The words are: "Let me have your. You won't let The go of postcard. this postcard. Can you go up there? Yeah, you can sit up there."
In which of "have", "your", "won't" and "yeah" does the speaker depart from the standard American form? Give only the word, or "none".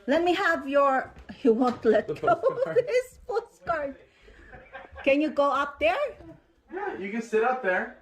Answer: none